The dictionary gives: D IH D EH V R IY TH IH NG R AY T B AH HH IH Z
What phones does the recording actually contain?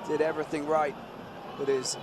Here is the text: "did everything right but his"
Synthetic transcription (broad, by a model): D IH D EH V R IY TH IH NG R AY T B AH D IH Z